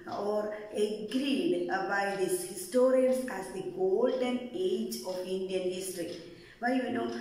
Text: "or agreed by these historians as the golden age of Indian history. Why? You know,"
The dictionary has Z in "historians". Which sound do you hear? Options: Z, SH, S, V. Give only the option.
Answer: S